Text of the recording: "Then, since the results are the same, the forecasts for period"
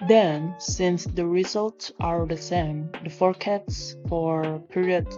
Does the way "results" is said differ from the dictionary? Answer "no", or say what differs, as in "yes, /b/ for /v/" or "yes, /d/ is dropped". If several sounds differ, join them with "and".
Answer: no